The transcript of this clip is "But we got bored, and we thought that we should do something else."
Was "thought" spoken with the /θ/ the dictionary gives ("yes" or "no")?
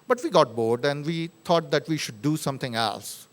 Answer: no